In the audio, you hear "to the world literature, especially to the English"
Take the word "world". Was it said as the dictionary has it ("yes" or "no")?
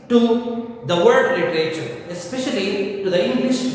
no